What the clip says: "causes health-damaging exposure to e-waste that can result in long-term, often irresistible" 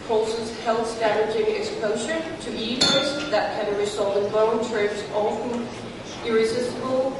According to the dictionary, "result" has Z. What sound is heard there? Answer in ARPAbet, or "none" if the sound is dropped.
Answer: S